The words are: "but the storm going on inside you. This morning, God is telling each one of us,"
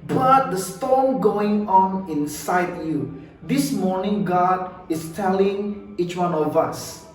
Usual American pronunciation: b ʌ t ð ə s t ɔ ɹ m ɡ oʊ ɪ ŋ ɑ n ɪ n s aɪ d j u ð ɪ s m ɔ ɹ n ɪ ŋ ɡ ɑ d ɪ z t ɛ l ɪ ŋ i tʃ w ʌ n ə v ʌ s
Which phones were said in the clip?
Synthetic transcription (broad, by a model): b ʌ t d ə s t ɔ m ɡ oʊ ɪ ŋ ɑ n ɪ n s aɪ d j u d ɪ s m ɔ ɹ n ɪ ŋ ɡ ɑ d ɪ s t ɛ l ɪ ŋ i tʃ w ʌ n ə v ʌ s